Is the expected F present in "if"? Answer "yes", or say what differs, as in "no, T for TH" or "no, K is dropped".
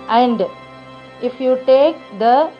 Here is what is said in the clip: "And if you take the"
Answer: yes